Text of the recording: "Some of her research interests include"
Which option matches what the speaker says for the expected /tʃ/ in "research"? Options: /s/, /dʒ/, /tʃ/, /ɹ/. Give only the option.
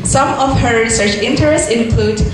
/tʃ/